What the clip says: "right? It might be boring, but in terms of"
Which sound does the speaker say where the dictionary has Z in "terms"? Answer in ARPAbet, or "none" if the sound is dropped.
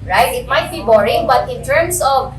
S